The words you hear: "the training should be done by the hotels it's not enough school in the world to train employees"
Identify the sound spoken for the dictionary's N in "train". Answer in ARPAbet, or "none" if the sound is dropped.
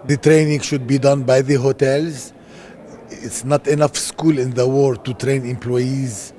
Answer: N